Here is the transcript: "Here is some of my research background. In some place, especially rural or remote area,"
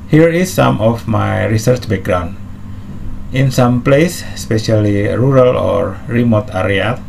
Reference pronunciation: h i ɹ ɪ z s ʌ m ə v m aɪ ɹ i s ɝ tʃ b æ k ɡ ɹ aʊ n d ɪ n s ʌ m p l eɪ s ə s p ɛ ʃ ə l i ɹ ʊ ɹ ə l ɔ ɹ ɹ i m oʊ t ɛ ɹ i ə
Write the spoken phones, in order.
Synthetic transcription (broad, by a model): h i ɹ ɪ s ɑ m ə f m aɪ ɹ i s ɝ tʃ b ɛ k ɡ ɹ aʊ n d ɪ n s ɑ m p l eɪ s ə s p ɛ ʃ ə l i ɹ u ɹ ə l ɔ ɹ ɹ i m oʊ t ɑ ɹ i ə